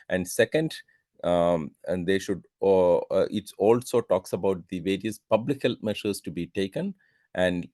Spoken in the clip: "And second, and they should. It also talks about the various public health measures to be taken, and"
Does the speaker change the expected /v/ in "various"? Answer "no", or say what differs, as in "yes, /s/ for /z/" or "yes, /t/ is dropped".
no